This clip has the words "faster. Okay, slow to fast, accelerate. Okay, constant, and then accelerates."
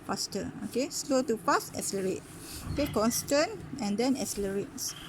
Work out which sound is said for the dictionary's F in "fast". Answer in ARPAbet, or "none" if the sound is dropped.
P